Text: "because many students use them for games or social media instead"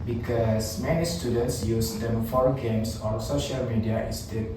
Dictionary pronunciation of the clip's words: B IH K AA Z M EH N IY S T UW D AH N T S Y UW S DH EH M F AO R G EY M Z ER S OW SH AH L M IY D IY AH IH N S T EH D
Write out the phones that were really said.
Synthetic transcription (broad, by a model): B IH K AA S M EH N IY S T UW D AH N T S Y UW S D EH M F AO R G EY M S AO S OW SH AH L M IY D IY AH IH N S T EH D